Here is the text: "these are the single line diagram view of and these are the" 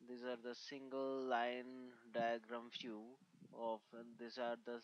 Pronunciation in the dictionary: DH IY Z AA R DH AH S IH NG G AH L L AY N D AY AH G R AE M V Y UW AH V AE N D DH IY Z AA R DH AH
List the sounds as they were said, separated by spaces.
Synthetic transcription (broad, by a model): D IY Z AA R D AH S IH NG G AH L L AY N D AY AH G R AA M F Y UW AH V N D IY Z AA R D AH